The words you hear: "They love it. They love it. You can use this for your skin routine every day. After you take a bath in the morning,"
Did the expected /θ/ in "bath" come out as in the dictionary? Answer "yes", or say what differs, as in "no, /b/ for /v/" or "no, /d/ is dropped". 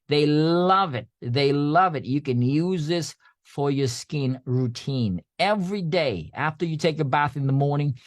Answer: yes